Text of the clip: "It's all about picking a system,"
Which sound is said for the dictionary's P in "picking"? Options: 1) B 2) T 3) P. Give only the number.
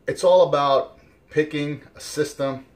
3